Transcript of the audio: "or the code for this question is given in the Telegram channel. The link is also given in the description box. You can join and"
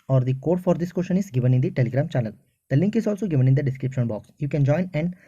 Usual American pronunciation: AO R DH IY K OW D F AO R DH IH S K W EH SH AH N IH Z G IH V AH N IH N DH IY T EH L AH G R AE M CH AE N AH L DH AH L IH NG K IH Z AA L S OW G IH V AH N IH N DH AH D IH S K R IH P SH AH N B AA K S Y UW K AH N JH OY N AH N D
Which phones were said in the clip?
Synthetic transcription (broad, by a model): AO R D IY K OW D F AO R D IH S K W EH SH AH N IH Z G IH V AH N IH N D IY T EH L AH G R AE M CH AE L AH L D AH L IH NG K IH Z AA L S OW G IH V AH N IH N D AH D IH S K R IH P SH AH N B AA K S Y UW K AH N JH OY N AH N D